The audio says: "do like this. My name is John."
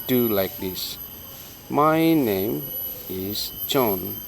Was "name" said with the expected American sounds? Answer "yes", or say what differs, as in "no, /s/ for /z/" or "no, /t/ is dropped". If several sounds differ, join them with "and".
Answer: yes